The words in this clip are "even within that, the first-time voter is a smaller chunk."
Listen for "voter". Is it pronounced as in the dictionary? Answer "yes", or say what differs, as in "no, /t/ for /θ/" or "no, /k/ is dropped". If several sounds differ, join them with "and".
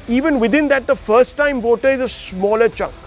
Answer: yes